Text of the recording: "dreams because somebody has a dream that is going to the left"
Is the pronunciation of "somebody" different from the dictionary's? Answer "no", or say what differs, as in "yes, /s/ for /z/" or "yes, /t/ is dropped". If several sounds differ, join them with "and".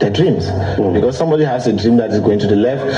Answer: no